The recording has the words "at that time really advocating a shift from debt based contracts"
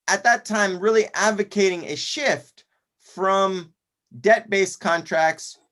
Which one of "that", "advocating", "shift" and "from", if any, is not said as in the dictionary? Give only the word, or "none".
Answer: none